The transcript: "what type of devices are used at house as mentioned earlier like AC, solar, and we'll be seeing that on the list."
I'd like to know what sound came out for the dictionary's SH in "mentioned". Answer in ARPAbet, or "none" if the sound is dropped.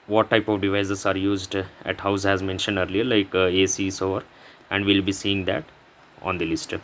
SH